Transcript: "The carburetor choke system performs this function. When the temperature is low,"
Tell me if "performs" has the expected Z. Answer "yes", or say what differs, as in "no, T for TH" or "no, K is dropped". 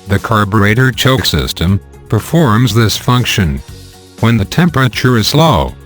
yes